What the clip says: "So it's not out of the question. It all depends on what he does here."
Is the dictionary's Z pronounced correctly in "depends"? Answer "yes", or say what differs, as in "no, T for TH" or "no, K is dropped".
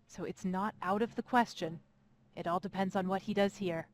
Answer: yes